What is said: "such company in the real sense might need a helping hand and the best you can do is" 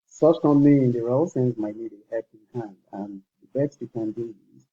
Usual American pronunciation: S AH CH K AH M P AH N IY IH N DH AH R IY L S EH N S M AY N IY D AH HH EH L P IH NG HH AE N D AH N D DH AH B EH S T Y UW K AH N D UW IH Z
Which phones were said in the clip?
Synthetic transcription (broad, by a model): S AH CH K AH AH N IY IH N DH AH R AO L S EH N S M AY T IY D AH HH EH P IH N HH AE N D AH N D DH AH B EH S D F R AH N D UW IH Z